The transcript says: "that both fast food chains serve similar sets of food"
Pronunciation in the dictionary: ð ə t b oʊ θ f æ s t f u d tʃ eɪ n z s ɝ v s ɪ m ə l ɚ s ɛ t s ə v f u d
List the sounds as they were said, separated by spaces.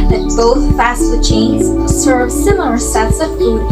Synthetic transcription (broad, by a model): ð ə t b oʊ θ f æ s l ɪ tʃ eɪ n z s ɝ v s ɪ m l ɚ s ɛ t s ə v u